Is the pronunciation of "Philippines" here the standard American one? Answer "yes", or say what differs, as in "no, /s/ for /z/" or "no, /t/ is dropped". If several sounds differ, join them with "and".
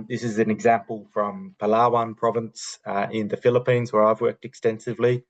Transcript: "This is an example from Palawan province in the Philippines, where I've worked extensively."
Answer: yes